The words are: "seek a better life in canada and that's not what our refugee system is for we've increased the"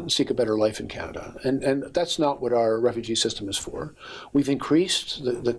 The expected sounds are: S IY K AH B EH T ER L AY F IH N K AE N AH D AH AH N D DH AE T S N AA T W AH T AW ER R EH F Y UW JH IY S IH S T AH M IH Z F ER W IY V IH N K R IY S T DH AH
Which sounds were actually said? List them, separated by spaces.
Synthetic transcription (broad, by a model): S IY K AH B EH T ER L AY F IH N K AE N AH D AH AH N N DH AE T S N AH T W AH T AW ER R EH F Y UW JH IY S IH S T AH M IH Z F ER W IY V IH N K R IY S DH DH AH